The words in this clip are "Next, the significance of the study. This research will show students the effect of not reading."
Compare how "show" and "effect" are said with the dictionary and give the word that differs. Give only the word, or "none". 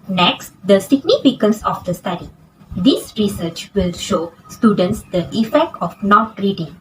none